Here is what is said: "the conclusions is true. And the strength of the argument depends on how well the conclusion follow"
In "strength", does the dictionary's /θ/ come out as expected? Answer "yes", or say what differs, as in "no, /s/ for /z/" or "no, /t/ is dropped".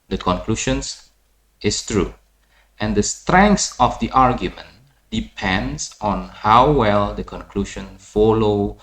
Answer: no, /s/ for /θ/